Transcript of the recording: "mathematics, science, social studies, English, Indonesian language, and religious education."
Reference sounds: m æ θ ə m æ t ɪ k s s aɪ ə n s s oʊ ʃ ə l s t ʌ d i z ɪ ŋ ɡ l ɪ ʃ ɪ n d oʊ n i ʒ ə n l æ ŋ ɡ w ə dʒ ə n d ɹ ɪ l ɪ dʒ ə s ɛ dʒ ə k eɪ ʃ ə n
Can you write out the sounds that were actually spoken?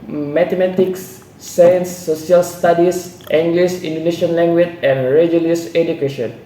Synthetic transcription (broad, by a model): m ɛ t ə m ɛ t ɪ k s s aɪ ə n s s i ə l s t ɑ d i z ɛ ŋ ɡ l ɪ s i n d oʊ n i ʃ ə n l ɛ ŋ ɡ w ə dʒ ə n ɹ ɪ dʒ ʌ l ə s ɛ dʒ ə k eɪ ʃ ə n